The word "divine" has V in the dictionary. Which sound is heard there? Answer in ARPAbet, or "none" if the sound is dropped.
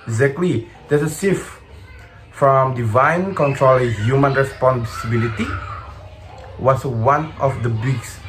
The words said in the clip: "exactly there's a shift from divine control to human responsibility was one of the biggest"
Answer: V